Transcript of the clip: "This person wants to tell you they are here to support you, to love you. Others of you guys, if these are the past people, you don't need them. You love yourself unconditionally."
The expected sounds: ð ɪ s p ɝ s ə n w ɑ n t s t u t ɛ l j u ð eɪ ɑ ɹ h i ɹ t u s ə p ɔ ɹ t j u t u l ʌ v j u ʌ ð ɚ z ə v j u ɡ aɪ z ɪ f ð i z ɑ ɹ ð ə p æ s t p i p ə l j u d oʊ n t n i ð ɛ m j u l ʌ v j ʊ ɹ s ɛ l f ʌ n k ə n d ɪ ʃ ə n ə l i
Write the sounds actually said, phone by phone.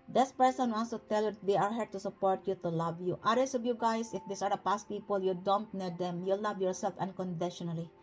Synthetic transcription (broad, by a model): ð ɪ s p ɝ s ə n w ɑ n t s t u t ɛ l j u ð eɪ ɑ ɹ h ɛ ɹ t u s ə p ɔ ɹ t j u t u l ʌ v j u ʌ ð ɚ s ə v j u ɡ aɪ s ɪ f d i s ɑ ɹ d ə p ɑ s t p i p ə l j u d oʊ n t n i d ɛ m j u l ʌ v j ʊ ɹ s ɛ l f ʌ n k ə n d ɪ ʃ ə n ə l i